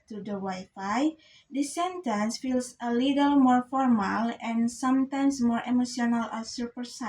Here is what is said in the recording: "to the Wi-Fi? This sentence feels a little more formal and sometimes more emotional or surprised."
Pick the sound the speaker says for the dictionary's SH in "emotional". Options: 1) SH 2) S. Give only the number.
2